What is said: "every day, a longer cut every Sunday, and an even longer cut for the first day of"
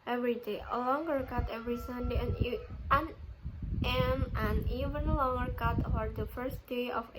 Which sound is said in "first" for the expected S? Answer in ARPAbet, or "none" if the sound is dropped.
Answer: S